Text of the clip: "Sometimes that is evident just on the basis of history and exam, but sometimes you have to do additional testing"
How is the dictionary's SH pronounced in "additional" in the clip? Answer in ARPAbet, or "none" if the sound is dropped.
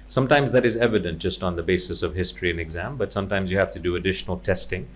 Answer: SH